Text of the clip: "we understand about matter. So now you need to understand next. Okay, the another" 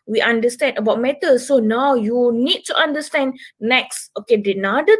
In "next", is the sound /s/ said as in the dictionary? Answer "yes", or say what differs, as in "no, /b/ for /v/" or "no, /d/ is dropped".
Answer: yes